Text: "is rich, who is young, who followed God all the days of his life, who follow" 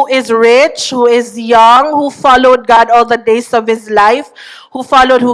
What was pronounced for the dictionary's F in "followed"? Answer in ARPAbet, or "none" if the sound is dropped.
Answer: F